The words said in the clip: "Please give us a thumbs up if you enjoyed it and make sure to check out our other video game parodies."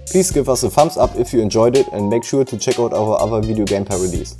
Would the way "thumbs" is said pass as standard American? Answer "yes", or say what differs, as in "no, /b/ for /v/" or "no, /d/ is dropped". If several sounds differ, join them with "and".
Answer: no, /f/ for /θ/ and /s/ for /z/